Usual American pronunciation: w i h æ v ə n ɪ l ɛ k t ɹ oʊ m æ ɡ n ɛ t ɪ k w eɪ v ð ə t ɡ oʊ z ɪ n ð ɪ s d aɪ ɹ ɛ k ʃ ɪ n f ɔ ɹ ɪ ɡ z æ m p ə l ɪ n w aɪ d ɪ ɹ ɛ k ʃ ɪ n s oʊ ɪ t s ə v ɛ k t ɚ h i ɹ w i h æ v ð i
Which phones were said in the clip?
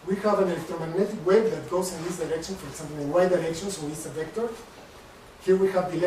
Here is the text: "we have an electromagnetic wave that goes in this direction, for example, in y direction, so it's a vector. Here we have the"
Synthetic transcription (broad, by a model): w i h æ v ə n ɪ l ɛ k t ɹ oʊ m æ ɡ n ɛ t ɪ k w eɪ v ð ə t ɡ oʊ s ɪ n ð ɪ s d aɪ ɹ ɛ k ʃ ɪ n f ɔ ɹ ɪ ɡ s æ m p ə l ɪ n w aɪ d ɪ ɹ ɛ k ʃ ɪ n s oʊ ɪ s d ə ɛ k t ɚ h i ɹ w i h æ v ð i